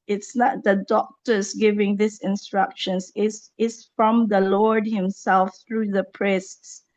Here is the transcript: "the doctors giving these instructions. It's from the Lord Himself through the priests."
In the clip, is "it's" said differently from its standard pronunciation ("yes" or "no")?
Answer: yes